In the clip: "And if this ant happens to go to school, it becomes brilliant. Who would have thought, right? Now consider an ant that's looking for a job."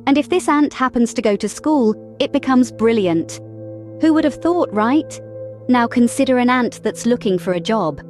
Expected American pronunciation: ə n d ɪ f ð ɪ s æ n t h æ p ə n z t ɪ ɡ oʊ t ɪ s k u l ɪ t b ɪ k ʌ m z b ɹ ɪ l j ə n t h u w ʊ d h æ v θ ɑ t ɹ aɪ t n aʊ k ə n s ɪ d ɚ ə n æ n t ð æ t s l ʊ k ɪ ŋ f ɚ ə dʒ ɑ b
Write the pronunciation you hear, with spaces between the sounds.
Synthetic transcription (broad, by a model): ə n ɪ f ð ɪ s æ n t h æ p ə n z t ɪ ɡ oʊ t ɪ s k u l ɪ t b ɪ k ʌ m z b ɹ ɪ l j ə n t h u w ʊ d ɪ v θ ɑ t ɹ aɪ t n aʊ k ə n s ɪ d ɚ ə n æ n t ð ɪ t s l ʊ k ɪ ŋ f ɚ ə dʒ ɑ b